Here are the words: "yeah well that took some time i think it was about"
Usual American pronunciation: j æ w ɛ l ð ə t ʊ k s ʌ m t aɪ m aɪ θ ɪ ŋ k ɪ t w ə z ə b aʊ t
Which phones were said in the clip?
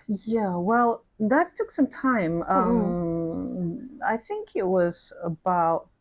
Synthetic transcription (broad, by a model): j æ w ɛ l ð ə t ʊ k s ʌ m t aɪ m aɪ θ ɪ ŋ k ɪ t w ə z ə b aʊ t